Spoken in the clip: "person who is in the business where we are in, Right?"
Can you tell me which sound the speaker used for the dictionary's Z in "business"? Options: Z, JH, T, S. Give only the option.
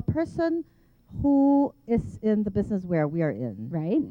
Z